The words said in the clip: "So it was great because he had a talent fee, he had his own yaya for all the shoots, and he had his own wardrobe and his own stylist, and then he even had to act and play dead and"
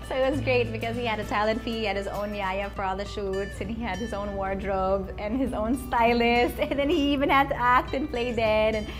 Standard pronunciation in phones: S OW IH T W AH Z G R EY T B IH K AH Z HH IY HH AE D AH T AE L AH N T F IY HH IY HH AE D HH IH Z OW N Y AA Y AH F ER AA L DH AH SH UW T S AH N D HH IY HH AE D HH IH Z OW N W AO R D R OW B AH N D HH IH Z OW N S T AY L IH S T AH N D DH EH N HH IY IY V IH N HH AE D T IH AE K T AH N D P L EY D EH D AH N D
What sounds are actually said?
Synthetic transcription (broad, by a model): S OW IH T W AH Z G R EY T B IH K AH Z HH IY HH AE D AH T AE L AH N T F IY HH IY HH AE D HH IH Z OW N Y AA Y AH F ER AA L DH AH SH UW T S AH N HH IY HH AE D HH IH Z OW N W AO R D R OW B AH N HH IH Z OW N S T AY L IH S T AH N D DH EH N HH IY IY V IH N HH AE D T IH AE K T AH N P L EY D EH D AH N